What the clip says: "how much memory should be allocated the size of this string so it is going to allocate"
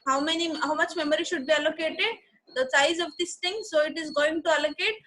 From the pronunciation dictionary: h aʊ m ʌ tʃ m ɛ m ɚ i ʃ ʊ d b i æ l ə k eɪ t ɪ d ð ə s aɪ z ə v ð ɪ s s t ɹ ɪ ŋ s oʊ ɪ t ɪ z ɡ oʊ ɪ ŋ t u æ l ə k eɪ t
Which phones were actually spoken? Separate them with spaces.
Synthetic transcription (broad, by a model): h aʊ m ʌ tʃ m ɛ m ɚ i ʃ ʊ d b i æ l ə k eɪ t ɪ d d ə s aɪ z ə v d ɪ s s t ɪ ŋ s oʊ ɪ t ɪ z ɡ oʊ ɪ ŋ t u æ l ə k eɪ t